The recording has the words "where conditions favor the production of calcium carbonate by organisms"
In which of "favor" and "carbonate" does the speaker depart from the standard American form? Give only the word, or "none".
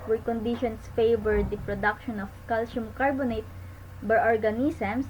none